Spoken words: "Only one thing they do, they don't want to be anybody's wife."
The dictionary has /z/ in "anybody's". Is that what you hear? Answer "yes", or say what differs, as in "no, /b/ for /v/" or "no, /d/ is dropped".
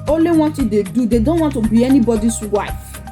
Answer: no, /s/ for /z/